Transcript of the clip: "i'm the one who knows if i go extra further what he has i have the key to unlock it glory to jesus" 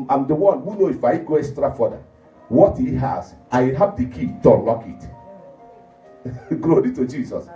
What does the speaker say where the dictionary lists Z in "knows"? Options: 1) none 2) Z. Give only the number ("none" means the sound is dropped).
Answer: 1